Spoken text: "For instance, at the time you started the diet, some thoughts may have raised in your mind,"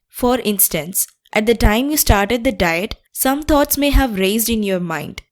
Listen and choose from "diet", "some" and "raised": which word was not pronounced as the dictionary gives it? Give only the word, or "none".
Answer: none